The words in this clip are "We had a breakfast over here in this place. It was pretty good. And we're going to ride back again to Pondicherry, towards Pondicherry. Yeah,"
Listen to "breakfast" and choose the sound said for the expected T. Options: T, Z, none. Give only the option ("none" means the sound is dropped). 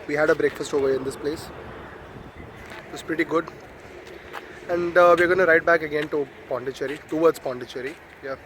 T